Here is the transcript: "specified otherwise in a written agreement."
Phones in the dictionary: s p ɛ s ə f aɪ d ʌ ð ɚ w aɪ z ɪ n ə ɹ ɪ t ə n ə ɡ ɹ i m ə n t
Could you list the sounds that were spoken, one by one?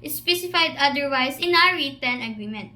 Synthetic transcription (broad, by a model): s p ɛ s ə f aɪ d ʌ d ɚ w aɪ s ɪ n ə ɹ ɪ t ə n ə ɡ ɹ i m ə n t